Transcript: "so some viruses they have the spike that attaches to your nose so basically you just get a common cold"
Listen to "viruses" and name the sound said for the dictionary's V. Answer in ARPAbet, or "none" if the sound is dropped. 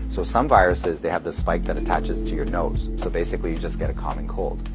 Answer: V